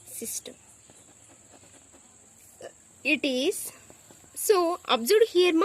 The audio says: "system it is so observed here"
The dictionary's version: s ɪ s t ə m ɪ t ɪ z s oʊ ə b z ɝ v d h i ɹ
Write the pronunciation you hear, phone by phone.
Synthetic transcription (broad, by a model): s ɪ s t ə m ɪ t ɪ z s oʊ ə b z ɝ d h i ɹ